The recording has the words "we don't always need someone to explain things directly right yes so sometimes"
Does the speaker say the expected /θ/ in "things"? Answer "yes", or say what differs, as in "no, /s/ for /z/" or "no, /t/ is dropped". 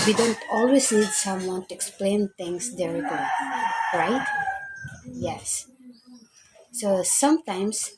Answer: no, /t/ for /θ/